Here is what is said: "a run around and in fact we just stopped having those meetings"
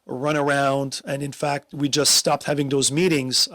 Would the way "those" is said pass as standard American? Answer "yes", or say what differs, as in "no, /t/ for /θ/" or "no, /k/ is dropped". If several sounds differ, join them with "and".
yes